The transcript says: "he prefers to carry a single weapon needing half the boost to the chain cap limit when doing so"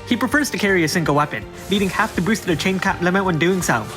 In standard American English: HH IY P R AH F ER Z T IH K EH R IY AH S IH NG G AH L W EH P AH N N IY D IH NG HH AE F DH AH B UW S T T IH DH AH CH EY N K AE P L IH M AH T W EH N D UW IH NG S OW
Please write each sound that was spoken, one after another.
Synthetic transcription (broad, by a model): HH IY P R AH F ER Z T IH K EH R IY AH S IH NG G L W EH P AH N L IY D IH NG HH AE F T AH B UW S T T IH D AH CH EY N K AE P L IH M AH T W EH N D UW IH NG S OW